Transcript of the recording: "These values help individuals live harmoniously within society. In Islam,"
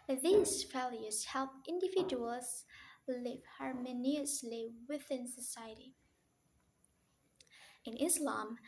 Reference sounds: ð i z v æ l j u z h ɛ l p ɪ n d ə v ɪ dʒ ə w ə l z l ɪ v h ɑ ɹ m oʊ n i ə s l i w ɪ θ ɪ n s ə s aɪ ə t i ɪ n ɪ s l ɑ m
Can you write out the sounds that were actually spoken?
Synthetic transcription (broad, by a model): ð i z f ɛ l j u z h ɛ l p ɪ n d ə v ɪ dʒ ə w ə l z l ɪ v h ɑ ɹ m oʊ n i ə s l i w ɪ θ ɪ n s ə s aɪ ə t i ɪ n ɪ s l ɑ m